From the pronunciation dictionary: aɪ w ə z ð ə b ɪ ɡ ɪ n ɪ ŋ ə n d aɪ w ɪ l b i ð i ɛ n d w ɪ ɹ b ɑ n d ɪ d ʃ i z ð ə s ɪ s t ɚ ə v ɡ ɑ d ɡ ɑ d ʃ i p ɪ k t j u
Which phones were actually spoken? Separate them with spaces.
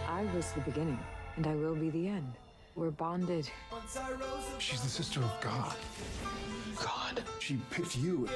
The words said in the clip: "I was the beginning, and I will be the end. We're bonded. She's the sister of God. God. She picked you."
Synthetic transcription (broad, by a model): aɪ w ə z ð ə b ɪ ɡ ɪ n ɪ ŋ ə n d aɪ w ɪ l b i ð i ɛ n d w ɪ ɹ b ɑ n d ɪ d ʃ i z ð ə s ɪ s t ɚ ə v ɡ ɑ d ɡ ɑ d ʃ i p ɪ t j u